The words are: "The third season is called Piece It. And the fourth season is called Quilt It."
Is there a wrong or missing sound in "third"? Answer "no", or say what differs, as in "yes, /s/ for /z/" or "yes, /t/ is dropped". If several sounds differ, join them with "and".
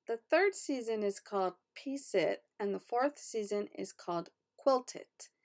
no